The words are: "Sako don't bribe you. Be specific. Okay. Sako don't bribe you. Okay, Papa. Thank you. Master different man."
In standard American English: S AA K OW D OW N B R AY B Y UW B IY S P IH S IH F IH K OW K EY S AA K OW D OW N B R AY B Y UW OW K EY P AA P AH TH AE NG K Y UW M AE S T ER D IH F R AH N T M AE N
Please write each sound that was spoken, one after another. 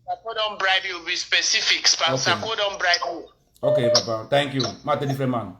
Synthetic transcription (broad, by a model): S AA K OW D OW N B R AY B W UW B IY S P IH S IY F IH K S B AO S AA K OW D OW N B R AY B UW OW K EY P AA P AH T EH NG K Y UW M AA T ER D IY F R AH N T M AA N